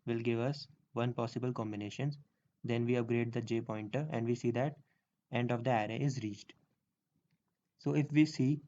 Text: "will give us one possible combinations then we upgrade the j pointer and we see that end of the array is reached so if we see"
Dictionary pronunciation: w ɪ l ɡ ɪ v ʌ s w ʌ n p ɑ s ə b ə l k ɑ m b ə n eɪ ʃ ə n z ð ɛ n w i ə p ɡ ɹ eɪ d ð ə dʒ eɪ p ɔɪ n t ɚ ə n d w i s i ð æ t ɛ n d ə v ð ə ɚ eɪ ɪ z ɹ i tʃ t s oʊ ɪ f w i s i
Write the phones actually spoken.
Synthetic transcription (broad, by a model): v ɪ l ɡ ɪ v ʌ s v ʌ n p ɑ s ə b ə l k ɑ m b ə n eɪ ʃ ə n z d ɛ n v i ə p ɡ ɹ eɪ d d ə dʒ eɪ p ɔɪ n t ɚ ə n d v i s i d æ t ɛ n d ə v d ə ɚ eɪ ɪ z ɹ i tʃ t s oʊ ɪ f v i s i